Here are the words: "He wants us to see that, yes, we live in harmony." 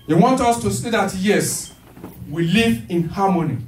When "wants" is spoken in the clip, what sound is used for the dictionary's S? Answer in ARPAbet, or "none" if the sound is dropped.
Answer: none